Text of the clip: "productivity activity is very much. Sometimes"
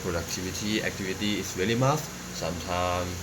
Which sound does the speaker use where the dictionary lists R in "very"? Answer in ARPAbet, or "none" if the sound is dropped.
L